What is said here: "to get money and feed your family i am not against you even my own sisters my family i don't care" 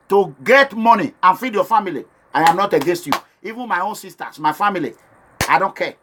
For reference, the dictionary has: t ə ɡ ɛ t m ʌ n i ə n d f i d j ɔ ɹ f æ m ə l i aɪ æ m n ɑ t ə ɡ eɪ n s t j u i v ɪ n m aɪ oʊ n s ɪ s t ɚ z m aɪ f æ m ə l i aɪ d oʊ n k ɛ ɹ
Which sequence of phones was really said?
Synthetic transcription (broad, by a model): t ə ɡ ɛ t m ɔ n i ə n f i d j ɔ f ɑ m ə l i aɪ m n ɑ t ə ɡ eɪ s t j u i v ɪ n m aɪ oʊ n s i s t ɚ s m aɪ f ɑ m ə l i aɪ d oʊ n k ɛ